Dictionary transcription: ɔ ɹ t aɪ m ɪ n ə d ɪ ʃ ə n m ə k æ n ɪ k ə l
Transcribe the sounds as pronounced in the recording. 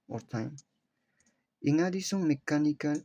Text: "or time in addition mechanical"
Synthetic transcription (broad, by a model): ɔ ɹ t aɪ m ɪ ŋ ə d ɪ s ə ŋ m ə k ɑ n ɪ k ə